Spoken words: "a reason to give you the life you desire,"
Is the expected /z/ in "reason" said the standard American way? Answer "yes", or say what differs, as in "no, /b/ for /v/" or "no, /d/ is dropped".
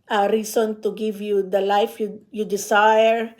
no, /s/ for /z/